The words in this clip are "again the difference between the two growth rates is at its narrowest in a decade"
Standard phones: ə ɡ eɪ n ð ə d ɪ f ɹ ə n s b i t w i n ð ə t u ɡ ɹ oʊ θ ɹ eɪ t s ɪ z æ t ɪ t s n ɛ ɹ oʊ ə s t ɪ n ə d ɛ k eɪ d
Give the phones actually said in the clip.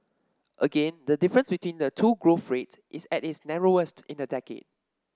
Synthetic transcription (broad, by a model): ə ɡ eɪ n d ə d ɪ f ɹ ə n s b i t w i n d ə t u ɡ ɹ oʊ f ɹ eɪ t s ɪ s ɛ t ɪ t s n ɛ ɹ oʊ ə s t ɪ n ə d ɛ k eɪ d